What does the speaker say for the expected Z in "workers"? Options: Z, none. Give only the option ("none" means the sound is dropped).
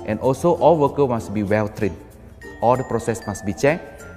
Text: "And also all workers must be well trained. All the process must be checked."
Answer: none